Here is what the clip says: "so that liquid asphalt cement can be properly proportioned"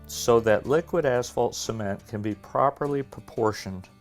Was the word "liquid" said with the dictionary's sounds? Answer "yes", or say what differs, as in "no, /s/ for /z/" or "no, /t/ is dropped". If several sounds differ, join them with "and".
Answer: yes